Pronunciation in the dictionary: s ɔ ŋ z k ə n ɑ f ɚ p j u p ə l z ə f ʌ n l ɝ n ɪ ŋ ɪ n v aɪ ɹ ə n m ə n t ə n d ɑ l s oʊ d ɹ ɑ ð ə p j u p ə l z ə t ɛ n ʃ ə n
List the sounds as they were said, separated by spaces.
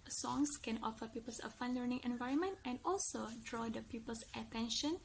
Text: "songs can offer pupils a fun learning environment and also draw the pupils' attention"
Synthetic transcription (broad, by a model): s ɔ ŋ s k ə n ɑ f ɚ p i p ə l s ə f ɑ n l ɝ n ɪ ŋ ɪ n v aɪ ɹ ə n m ə n t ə n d ɑ l s oʊ d ɹ ɑ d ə p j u p ə l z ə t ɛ n ʃ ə n